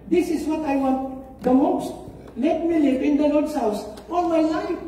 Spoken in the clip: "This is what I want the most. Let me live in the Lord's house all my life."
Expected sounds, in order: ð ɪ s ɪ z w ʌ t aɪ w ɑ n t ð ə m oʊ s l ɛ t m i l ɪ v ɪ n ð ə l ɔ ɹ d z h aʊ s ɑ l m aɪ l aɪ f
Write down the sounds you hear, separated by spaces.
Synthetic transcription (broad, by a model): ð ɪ s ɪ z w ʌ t aɪ w ɑ n t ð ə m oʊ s l ɛ t m i l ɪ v ɪ n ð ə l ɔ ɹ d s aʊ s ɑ n m aɪ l aɪ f